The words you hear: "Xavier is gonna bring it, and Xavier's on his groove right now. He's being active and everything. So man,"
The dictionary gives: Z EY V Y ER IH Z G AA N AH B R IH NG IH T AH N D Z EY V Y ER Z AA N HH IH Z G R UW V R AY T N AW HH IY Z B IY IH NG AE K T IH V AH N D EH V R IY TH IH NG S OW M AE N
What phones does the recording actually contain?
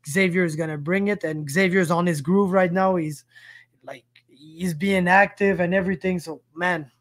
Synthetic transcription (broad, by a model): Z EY V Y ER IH Z G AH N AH B R IH NG IH T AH N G Z EY V Y ER Z N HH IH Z G R UW V R AY T N AW HH IY Z B IY IH NG AE K T IH V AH N EH V R IY TH IH NG S OW M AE N